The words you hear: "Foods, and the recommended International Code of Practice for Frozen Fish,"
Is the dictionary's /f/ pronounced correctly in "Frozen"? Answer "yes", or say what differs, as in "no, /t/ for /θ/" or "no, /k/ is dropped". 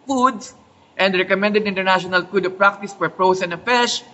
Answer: no, /p/ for /f/